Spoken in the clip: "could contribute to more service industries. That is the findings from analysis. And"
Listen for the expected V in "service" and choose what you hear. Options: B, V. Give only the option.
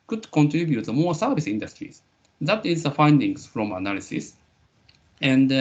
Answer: B